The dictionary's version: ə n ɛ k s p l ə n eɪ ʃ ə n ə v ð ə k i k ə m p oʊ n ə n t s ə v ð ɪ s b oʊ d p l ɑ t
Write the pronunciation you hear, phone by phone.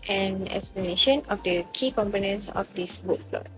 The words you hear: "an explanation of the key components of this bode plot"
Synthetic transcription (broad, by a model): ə n ɛ k s p l ə n eɪ ʃ ə n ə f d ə k i k ə m p oʊ n ə n t s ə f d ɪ s b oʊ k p l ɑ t